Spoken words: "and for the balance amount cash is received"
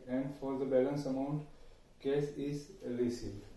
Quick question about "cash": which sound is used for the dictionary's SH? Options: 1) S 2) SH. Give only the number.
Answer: 1